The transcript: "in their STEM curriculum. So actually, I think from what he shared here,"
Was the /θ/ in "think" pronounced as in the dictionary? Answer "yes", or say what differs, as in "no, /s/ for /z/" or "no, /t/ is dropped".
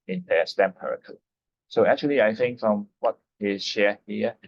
yes